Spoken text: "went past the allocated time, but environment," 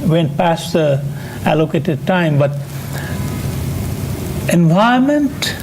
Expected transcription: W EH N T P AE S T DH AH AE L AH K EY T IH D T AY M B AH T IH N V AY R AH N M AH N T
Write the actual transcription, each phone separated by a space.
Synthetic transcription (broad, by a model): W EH N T P AE S T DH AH AE L AH K EY T IH D T AY M B AH T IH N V AY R M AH N T